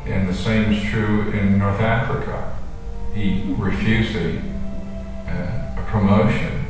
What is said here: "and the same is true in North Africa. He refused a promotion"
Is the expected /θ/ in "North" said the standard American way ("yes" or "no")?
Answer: yes